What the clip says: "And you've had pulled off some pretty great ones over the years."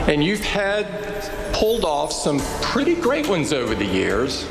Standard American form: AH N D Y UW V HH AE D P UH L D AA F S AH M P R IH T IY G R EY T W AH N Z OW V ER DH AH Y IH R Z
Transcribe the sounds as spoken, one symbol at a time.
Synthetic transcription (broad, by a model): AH N Y UW V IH D P UH L D AA F S AH M P R IH T IY G R EY T W AH N Z OW V ER DH AH Y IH R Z